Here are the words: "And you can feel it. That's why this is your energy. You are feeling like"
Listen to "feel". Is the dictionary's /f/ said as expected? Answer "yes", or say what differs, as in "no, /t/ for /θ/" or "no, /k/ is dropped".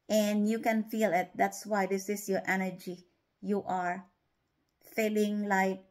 yes